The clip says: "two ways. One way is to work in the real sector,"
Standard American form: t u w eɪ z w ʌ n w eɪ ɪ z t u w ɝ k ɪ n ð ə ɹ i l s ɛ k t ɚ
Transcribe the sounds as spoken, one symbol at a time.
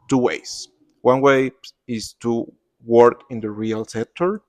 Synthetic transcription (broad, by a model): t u w eɪ s w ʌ n w eɪ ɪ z t u w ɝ k ɪ n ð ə ɹ i l s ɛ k t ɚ